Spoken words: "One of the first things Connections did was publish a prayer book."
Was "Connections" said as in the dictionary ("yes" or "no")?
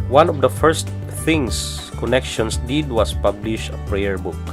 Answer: no